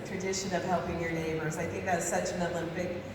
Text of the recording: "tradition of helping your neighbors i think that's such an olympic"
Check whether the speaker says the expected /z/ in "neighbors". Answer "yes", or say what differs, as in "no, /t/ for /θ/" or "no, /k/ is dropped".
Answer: yes